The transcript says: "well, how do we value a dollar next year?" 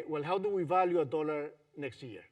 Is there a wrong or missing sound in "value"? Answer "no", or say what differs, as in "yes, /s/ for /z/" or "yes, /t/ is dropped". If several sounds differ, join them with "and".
no